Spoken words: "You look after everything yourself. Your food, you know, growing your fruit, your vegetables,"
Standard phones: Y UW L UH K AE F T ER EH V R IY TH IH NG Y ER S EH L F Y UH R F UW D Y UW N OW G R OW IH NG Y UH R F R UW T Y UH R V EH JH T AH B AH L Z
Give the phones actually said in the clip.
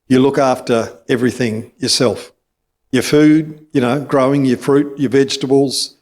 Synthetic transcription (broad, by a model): Y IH L UH K AE F T ER EH V R IY TH IH NG Y ER S EH L F Y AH R F UW D Y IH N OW G R OW IH NG Y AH R F R UW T Y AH R V EH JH T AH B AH L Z